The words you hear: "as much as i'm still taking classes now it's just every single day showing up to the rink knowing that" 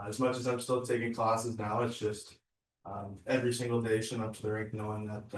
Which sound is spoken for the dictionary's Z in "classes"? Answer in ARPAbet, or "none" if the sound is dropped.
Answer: Z